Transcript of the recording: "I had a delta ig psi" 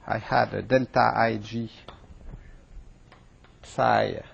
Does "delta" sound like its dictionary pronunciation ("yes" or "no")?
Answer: yes